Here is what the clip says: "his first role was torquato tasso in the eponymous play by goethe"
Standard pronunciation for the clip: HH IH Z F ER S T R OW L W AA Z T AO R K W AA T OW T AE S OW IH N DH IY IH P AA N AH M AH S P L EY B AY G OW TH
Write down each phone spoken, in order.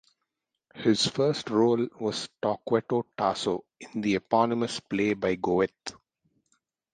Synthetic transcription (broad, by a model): HH IH Z F ER S T R OW L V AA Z T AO K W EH T OW T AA S OW IH N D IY IH P AA N AH M AH S P L EY B AY G OW T